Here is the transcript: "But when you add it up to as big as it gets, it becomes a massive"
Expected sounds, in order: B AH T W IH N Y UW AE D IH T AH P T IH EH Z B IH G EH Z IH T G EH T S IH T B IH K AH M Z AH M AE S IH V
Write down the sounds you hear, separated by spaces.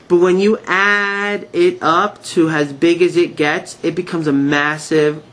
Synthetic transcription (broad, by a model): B AH T W IH N Y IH AE D IH T AH P T IH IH Z B IH G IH Z IH T G EH T S IH T B IH K AH M Z AH M AE S IH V